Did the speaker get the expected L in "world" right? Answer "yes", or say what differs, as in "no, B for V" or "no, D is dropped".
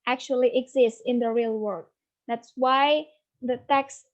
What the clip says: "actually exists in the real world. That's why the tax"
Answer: no, L is dropped